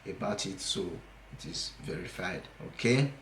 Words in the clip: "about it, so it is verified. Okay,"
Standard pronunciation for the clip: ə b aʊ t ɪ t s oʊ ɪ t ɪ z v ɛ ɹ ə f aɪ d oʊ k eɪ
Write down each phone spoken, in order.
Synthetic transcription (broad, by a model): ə b aʊ t ɪ t s oʊ ɪ t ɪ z v ɛ ɹ ə f aɪ d oʊ k eɪ